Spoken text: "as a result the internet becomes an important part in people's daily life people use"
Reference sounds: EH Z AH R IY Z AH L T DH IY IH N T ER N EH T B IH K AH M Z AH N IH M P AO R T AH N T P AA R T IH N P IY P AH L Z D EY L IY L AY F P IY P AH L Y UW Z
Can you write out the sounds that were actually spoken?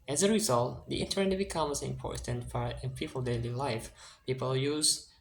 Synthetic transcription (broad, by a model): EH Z AH R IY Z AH L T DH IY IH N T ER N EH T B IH K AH M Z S IH M P AO R T AH N T F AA R IH N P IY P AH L D EY L IY L AY F P IY P AH L Y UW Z